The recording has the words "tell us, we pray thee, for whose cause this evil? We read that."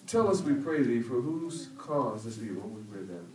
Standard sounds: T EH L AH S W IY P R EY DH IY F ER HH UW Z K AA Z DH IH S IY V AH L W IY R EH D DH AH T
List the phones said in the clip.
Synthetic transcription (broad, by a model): T EH L AH S W IY P R EY DH IY F ER HH UW Z K AA Z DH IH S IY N W IY W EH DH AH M